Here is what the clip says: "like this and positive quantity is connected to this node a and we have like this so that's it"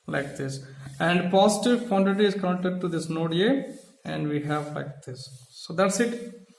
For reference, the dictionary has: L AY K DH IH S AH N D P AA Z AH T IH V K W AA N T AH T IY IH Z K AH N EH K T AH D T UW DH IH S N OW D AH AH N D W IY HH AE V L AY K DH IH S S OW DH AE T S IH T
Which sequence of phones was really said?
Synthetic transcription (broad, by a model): L AY K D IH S AH N D P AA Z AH T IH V K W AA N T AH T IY IH Z K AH UH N T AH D T UW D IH S N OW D AH AH N D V IY HH AE V L AY K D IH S S OW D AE T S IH T